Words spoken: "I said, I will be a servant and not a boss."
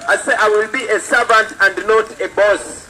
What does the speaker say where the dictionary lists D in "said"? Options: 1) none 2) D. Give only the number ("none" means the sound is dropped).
1